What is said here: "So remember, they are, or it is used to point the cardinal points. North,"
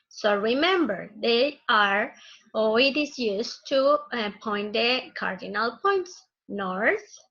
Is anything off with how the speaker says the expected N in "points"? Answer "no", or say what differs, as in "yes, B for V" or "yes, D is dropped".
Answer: no